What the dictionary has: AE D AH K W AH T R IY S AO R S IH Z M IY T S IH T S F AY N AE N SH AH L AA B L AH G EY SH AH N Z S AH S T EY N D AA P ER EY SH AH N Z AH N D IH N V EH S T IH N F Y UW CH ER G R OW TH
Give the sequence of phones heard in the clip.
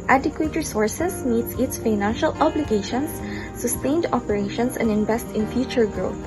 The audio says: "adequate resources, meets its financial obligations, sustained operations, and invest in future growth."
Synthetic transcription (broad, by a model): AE D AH K W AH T R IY S AO R S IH S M IY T S IH T S F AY N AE N SH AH L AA B L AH G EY SH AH N S AH S T EY N D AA P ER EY SH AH N S AH N D IH N V EH S T IH N F Y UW CH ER G R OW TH